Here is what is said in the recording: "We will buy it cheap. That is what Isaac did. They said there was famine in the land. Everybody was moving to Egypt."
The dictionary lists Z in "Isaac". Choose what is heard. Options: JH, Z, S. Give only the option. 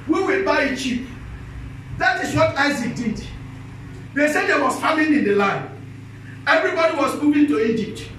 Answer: Z